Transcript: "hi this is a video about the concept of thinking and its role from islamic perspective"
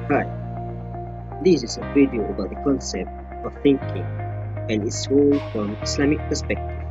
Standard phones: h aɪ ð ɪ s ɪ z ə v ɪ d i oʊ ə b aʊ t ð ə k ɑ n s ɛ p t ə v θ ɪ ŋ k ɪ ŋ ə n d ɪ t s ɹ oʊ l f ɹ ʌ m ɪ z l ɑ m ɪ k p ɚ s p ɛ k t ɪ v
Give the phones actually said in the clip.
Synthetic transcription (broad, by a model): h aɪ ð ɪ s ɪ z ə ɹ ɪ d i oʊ ə b aʊ t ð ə k ɑ n s ɛ p t ə v θ ɪ ŋ k ɪ ŋ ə n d ɪ t s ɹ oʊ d f ɹ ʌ m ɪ s l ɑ m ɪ k p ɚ s p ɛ k t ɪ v